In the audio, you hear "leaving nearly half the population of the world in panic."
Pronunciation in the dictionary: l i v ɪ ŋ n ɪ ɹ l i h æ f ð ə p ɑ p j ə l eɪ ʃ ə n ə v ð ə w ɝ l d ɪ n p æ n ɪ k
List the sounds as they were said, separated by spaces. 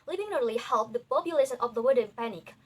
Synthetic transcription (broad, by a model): l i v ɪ ŋ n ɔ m l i h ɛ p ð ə p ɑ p j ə l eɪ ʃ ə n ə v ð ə w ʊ d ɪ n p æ n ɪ k